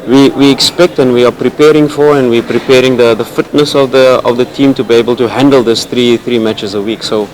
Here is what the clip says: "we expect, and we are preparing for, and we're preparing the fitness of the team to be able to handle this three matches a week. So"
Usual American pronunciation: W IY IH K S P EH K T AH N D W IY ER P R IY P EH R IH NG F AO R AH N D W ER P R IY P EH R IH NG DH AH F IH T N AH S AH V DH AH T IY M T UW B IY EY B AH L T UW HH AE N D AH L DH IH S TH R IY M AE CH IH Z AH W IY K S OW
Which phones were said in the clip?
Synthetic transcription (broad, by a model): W IY IH K S P EH K T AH N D W IY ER P R IY P EH R IH NG F AO R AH N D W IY P R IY P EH R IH NG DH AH F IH T N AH S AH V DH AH T IY M T UW B IY EY B AH L T UW HH AE N D AH L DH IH S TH R IY M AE CH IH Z AH W IY K S OW